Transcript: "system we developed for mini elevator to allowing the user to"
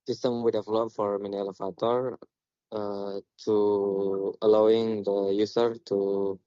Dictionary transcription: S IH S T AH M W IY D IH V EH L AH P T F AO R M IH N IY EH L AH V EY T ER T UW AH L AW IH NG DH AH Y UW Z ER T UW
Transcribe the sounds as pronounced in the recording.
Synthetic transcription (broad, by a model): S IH S T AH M W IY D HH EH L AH T F AO R M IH N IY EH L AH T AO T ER T UW AH L AW IH NG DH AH Y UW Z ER T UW